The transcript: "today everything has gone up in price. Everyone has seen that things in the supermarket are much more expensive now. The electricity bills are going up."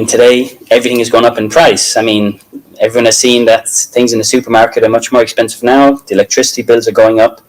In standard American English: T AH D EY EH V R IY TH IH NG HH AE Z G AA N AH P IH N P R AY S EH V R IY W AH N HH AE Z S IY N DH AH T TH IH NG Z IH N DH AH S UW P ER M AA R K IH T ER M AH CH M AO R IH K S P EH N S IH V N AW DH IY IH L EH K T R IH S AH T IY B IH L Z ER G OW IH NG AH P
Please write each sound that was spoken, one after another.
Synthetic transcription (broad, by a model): T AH D EY EH V R IY TH IH NG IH Z G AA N AH P IH N P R AY S EH V R IY W AH N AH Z S IY N DH AH T TH IH NG Z IH N DH AH S UW P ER M AA R K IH T ER M AH CH M AO R IH K S P EH N S IH V N AW DH IY IH L EH K T R IH S AH T IY B IH L Z ER G OW IH NG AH P